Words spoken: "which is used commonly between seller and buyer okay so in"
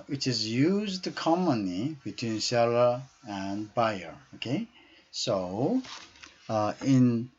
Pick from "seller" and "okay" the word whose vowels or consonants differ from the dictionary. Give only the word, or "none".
none